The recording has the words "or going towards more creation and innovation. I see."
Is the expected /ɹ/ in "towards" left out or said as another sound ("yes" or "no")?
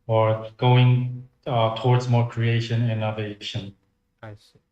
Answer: no